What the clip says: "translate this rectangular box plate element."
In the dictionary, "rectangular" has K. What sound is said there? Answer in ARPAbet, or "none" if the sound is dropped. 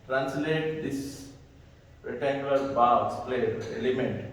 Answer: none